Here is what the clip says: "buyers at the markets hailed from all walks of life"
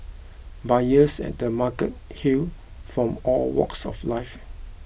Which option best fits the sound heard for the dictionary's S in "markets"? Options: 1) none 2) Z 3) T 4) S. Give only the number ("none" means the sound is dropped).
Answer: 1